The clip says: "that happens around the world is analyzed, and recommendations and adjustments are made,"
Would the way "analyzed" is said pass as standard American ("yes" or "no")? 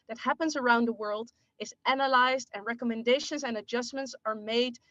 yes